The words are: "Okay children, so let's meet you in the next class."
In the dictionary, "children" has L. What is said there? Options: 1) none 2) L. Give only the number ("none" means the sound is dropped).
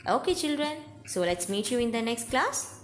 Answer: 2